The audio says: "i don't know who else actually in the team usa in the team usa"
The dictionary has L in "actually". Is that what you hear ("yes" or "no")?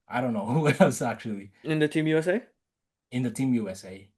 yes